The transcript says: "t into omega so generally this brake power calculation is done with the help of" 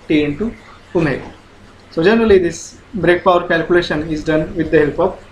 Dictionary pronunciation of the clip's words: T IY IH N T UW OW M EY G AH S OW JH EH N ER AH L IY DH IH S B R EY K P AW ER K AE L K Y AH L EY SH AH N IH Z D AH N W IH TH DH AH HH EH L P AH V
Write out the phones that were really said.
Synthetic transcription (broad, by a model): T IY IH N T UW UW M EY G S OW JH EH N ER AH L IY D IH S B R EY K P AW ER K AE L K Y AH L EY SH AH N IH Z D AH N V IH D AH HH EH L P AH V